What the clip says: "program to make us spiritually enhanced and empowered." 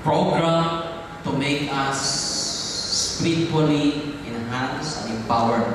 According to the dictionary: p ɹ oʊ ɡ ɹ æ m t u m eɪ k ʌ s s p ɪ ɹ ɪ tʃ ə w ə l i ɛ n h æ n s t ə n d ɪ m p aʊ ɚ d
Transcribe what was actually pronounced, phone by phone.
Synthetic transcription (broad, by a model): p ɹ oʊ ɡ ɹ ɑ m t u m eɪ k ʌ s s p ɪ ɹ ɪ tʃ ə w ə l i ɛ n h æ n s ə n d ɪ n p aʊ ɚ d